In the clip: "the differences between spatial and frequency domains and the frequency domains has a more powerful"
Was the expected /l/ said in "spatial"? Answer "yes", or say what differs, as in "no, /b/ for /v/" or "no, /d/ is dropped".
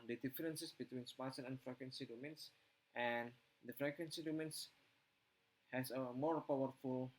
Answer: no, /n/ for /l/